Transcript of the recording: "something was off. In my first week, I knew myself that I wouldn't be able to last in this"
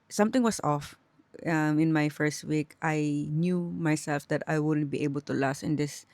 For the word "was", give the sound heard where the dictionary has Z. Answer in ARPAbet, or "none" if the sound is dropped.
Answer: S